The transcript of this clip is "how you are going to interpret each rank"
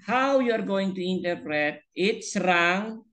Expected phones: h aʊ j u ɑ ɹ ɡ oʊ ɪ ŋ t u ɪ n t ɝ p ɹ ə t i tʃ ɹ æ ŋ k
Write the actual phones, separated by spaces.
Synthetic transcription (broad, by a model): h aʊ j u ɑ ɹ ɡ oʊ ɪ ŋ t u ɪ n t ɝ p ɹ ə t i s ɹ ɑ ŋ